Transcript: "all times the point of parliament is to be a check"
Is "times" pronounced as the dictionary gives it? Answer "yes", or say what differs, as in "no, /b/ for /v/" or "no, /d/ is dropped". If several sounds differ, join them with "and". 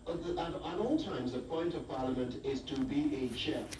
yes